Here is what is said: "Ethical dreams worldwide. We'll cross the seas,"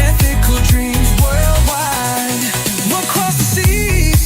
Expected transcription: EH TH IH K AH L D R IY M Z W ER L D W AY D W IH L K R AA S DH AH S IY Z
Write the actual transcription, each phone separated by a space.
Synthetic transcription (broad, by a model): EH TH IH K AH L D R IY M Z W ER L D W AY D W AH K R AA S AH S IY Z